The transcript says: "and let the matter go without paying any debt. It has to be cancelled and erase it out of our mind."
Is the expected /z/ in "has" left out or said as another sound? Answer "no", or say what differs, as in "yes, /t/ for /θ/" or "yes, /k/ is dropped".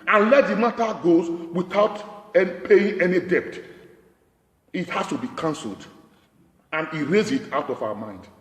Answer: yes, /s/ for /z/